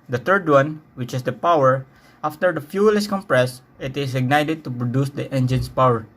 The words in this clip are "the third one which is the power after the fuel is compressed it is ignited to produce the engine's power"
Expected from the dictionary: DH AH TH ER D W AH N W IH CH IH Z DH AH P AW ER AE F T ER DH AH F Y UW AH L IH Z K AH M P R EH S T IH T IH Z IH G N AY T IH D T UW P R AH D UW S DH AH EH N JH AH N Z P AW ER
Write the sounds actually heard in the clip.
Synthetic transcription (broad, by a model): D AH T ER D W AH N W IH CH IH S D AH P AW ER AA F T ER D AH F Y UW L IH S K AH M P R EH S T IH T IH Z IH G N AY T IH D T UW P R AH D UW S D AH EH N JH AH N S P AW ER